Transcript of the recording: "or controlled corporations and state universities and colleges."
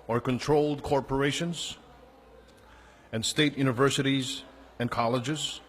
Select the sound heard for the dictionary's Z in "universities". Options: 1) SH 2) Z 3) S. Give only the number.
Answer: 2